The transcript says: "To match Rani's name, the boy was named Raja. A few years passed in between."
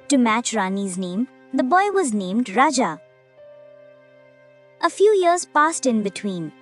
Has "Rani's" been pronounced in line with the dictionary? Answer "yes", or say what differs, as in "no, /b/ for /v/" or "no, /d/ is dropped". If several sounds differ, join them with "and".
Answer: yes